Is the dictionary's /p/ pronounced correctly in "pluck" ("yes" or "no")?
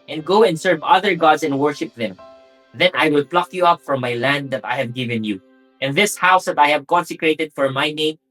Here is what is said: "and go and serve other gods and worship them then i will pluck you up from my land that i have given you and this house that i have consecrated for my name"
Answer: yes